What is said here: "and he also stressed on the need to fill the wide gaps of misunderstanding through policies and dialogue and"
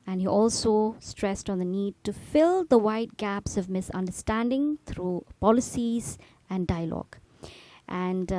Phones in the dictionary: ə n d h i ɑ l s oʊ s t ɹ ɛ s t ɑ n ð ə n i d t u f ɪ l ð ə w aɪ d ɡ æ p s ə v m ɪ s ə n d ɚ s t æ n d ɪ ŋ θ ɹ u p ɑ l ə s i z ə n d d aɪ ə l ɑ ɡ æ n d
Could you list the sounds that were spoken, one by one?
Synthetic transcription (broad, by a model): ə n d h i ɑ l s oʊ s t ɹ ɛ s t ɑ n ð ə n i d t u f ɪ l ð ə w aɪ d ɡ æ p s ə v m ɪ s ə n d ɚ s t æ n d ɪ ŋ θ ɹ u p ɑ l ə s i z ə n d d aɪ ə l ɑ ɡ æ n d